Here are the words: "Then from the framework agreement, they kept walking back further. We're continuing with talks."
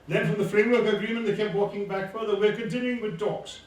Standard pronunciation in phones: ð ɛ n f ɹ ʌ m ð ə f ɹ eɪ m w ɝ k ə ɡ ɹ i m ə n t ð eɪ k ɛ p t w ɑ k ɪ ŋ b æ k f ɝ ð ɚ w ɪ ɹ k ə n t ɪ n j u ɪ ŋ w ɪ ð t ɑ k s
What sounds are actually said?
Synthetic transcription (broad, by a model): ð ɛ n f ɹ ʌ m ð ə f ɹ eɪ m w ɝ k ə ɡ ɹ i m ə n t ð eɪ k ɛ p t w ɑ k ɪ ŋ b æ k f ɝ ð ɚ w ɪ ɹ k ə n t ɪ n j u ɪ ŋ w ɪ ð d ɑ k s